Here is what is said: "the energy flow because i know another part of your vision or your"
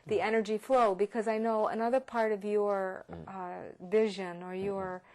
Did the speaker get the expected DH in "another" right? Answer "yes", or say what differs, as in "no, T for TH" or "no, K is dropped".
yes